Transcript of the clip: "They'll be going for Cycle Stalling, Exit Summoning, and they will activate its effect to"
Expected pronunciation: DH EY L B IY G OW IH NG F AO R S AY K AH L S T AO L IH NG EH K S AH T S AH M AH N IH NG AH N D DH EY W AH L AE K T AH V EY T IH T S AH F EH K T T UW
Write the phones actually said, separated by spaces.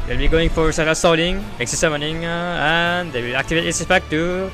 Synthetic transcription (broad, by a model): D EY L B IY G OW IH NG F AO R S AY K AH S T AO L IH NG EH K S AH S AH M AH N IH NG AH N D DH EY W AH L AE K T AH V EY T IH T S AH P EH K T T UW